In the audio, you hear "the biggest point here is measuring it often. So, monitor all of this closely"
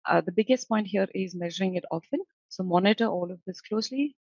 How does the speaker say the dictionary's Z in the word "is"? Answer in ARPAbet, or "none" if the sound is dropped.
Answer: Z